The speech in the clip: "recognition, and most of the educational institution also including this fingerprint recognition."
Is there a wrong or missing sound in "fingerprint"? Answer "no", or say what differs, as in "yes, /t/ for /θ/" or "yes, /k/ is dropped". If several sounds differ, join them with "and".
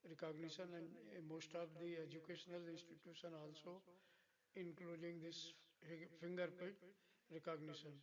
yes, /ɹ/ is dropped and /l/ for /n/